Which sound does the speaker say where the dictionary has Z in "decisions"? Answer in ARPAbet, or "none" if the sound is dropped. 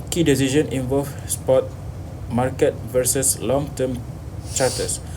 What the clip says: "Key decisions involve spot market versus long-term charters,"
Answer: none